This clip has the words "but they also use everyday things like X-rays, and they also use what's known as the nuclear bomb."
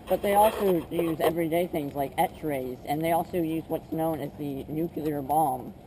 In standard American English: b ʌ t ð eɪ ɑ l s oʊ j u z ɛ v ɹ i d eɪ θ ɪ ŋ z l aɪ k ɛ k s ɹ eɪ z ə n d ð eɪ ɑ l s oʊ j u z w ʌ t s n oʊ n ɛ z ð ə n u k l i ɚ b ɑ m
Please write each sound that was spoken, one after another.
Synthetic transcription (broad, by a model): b ʌ t ð eɪ ɑ l s oʊ j u z ɛ v ɹ i d eɪ θ ɪ ŋ z l aɪ k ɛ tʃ ɹ eɪ z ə n ð eɪ ɑ l s oʊ j u z w ʌ t s n oʊ n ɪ z ð ə n u k l i ɚ b ɑ m